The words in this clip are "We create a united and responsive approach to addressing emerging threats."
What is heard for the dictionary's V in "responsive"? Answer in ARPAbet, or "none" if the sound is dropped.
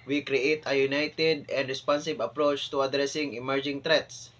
B